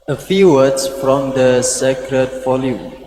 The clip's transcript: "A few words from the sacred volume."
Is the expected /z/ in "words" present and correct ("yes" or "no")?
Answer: no